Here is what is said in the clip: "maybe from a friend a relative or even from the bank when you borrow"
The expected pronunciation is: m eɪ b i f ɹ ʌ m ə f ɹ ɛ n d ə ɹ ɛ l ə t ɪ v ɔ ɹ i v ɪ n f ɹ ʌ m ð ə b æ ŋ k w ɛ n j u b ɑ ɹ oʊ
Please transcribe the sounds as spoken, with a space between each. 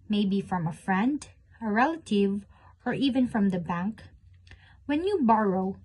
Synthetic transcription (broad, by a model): m eɪ b i f ɹ ʌ m ə f ɹ ɛ n d ə ɹ ɛ l ə t ɪ v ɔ ɹ i v ɪ n f ɹ ʌ m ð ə b æ ŋ k w ɛ n j u b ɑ ɹ oʊ